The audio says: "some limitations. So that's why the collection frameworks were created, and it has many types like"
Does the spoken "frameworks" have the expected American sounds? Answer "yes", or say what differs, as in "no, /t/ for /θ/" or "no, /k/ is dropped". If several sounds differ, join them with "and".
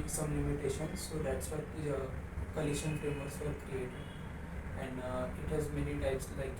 no, /k/ is dropped